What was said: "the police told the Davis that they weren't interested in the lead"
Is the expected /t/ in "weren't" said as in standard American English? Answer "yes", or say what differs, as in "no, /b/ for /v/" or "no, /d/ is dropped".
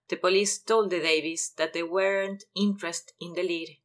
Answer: yes